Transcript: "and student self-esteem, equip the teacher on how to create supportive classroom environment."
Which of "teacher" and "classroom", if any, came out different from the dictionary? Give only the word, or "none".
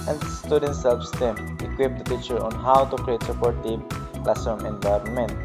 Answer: classroom